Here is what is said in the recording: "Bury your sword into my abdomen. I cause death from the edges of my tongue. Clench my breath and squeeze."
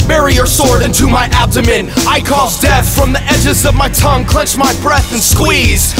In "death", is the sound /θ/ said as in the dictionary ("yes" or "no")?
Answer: yes